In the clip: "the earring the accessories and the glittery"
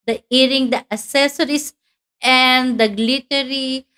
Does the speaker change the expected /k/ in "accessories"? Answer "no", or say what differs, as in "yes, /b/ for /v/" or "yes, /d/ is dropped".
yes, /k/ is dropped